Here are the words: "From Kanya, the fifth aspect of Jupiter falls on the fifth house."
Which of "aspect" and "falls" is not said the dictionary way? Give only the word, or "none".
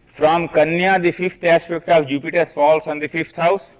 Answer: falls